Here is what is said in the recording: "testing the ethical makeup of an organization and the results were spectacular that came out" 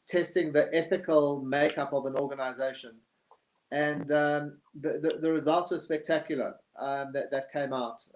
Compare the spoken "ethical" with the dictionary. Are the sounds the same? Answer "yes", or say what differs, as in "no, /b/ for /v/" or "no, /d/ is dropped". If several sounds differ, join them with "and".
yes